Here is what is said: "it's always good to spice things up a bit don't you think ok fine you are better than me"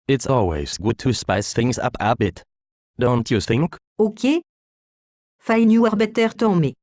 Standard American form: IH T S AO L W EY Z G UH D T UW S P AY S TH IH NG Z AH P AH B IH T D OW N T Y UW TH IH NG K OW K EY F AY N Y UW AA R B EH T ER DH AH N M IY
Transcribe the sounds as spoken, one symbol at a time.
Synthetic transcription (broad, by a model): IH T S AO L W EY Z G UH D T UW S P AY S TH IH NG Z AH P AH B IH T D OW N T Y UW TH IH NG K OW K EY F AY N Y UW AA R B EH T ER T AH M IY